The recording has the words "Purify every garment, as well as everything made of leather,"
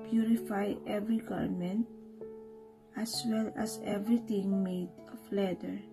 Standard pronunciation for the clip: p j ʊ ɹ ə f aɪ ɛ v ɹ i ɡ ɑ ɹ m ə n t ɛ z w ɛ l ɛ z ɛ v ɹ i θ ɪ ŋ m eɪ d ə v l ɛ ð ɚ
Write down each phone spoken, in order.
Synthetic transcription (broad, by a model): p j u ɹ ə f aɪ ɛ v ɹ i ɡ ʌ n m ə n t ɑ s w ɛ l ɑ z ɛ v ɹ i t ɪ ŋ m eɪ d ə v l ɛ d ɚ